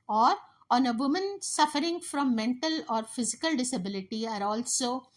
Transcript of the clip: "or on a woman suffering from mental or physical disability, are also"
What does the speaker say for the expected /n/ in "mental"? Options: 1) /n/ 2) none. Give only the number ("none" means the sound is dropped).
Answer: 1